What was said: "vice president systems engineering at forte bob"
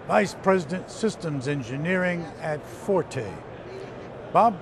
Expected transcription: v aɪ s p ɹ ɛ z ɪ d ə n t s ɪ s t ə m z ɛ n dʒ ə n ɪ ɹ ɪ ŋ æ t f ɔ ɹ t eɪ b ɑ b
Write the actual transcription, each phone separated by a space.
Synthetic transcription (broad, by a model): v aɪ s p ɹ ɛ z ɪ d ə n t s ɪ s t ə m z ɛ n dʒ ə n ɪ ɹ ɪ ŋ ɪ t f ɔ ɹ t eɪ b ɑ b